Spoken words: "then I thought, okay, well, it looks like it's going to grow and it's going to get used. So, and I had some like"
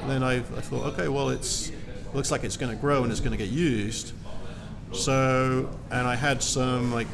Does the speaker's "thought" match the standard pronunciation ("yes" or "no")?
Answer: yes